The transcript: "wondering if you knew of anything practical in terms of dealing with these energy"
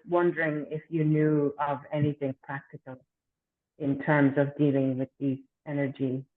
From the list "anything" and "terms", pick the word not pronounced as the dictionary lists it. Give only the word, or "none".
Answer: none